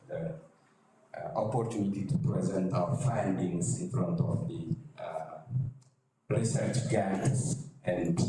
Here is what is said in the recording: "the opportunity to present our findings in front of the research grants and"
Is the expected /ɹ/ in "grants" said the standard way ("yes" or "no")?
no